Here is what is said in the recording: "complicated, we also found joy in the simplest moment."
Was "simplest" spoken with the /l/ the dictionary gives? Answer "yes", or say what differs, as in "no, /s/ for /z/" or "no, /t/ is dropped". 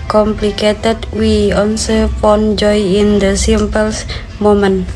no, /l/ is dropped